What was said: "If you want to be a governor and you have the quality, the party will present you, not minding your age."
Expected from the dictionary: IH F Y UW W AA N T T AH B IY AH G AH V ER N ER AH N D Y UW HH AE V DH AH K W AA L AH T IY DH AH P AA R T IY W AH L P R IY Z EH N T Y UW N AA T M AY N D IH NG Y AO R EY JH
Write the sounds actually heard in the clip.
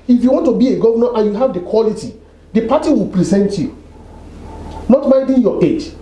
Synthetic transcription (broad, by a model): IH F Y UW W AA N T T AH B IY AH G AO V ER N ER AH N Y UW HH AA V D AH K W AA L AH T IY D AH P AA T IY W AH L P R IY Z EH N T Y UW N AA T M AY D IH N Y AO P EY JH